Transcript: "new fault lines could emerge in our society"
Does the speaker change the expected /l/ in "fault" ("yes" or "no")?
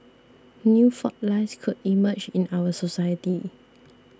yes